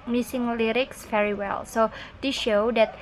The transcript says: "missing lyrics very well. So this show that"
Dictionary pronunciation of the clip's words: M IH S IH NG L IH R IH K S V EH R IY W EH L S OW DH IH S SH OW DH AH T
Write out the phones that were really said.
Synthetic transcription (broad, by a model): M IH S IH NG L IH R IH K S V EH R IY W EH L S OW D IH SH OW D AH T